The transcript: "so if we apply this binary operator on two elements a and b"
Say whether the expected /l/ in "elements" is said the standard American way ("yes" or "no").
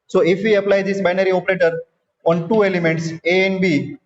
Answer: yes